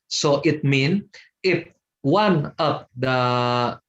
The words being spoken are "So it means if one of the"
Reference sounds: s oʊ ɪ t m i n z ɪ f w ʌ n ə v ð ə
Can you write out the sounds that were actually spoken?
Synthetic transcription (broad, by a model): s oʊ ɪ t m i n ɪ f w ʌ n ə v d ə